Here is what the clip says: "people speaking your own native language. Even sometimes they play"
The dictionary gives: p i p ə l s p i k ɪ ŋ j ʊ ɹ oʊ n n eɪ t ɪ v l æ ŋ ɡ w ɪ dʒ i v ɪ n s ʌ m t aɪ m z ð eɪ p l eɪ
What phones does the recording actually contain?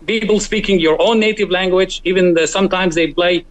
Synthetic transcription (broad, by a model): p i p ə l s p i k ɪ ŋ j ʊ ɹ oʊ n n eɪ t ɪ v l æ ŋ ɡ w ɪ dʒ i v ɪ n s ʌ m t aɪ m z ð eɪ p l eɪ